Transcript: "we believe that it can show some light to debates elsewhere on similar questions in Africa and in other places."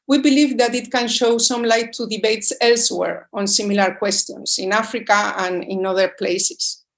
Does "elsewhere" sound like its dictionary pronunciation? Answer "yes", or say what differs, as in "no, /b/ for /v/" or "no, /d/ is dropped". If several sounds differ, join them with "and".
yes